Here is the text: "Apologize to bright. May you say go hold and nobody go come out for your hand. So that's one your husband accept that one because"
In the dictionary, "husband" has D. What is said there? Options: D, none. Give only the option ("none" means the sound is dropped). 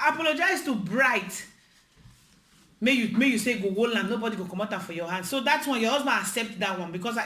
none